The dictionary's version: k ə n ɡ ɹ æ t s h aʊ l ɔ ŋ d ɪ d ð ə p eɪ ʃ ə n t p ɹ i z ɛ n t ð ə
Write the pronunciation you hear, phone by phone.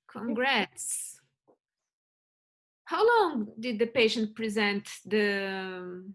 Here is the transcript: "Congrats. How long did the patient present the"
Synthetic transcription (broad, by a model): k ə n ɡ ɹ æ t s h aʊ l ɔ ŋ d ɪ d ð ə p eɪ ʃ ə n t p ɹ i z ɛ n t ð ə